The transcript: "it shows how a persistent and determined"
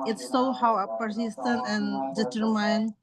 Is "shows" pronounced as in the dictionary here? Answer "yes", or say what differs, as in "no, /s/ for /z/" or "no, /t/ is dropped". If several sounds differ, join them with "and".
no, /s/ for /ʃ/ and /z/ is dropped